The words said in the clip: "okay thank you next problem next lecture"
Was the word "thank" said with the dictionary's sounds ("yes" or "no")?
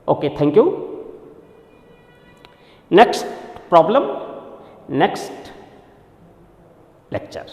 no